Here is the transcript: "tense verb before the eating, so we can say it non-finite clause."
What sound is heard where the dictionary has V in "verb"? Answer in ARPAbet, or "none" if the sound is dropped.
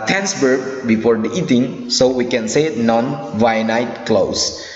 B